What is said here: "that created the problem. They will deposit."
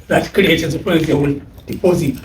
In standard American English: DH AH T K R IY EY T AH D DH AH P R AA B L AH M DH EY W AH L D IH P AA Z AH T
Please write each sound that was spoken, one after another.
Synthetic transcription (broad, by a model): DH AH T K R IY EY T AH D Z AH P AA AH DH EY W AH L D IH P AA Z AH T